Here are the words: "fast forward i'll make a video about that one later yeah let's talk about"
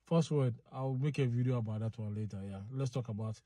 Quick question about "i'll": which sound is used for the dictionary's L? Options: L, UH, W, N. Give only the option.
W